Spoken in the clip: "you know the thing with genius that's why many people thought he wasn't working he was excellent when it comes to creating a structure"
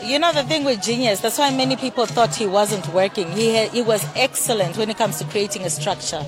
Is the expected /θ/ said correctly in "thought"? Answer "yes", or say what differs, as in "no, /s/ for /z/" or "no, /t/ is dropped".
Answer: yes